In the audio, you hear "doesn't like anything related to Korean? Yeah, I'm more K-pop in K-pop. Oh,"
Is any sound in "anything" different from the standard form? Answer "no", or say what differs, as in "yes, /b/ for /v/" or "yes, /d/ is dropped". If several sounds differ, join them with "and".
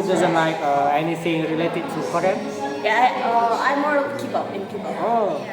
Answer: yes, /s/ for /θ/